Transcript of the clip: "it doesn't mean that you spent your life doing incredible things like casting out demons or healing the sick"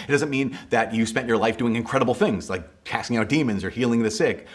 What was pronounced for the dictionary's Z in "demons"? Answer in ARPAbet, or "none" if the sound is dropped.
Z